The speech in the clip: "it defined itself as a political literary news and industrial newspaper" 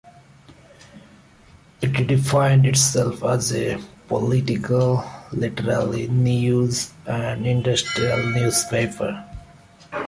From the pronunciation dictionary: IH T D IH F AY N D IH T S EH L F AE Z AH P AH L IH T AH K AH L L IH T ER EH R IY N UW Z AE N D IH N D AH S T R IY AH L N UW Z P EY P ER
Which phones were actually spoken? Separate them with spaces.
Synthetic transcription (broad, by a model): IH T D IH F AY N D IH T S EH L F AE Z AH P AH L IH T AH K AH L L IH T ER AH L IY N UW Z AE N D IH N D AH S T R IY AH L N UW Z P EY P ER